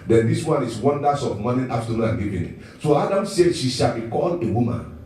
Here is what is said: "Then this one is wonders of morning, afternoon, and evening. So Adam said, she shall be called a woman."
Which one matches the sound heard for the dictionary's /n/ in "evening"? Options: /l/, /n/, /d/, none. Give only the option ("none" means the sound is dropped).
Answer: none